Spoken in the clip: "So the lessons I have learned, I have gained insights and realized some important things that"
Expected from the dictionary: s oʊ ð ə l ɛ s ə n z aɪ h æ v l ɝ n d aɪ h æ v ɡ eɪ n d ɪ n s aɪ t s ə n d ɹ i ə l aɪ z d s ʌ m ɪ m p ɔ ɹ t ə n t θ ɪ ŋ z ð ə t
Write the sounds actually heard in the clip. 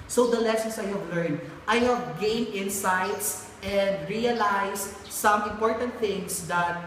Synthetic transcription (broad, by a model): s oʊ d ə l ɛ s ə n s aɪ h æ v l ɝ n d aɪ h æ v ɡ eɪ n ɪ n s aɪ t s ə n d ɹ i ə l aɪ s s ʌ m ɪ m p ɔ ɹ t ə n t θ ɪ ŋ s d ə t